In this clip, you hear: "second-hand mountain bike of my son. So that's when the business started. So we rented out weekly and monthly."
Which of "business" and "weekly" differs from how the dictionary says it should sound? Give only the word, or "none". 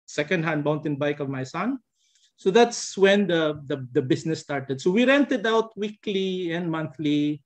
business